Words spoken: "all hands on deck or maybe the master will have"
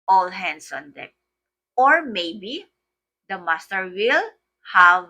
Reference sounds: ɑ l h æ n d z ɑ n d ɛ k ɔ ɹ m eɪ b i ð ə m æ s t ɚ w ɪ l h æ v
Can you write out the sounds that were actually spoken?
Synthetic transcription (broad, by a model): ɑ l h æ n d s ɑ n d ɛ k ɔ ɹ m eɪ b i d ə m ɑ s t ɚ w ɪ l h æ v